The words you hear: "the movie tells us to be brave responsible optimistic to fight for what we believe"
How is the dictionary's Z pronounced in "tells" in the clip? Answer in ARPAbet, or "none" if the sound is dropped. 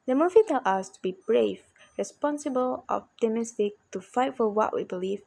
none